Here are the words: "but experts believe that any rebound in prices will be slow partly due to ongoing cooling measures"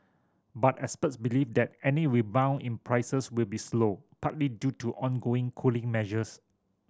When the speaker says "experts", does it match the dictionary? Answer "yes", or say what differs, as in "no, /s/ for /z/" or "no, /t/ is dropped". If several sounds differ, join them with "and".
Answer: no, /k/ is dropped